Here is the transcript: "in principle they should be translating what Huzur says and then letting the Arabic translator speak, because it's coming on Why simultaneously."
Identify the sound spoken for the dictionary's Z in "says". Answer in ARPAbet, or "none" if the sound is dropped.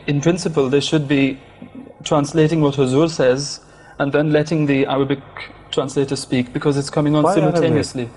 Z